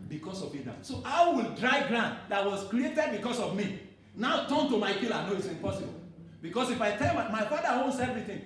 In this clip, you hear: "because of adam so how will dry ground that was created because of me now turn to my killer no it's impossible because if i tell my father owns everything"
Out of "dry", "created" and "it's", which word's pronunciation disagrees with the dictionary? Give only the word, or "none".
none